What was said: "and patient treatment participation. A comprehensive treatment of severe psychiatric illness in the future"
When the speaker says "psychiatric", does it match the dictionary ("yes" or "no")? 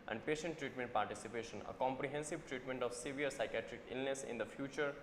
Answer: yes